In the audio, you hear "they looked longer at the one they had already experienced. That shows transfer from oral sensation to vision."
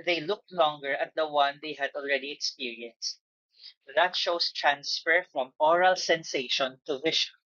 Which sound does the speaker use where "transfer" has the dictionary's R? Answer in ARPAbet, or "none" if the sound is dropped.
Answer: R